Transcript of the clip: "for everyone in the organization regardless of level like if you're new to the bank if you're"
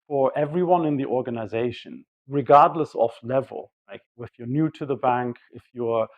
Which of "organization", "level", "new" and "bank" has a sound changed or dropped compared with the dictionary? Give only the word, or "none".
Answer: none